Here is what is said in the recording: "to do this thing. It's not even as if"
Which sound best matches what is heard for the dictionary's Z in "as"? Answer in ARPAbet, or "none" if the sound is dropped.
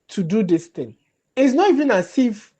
S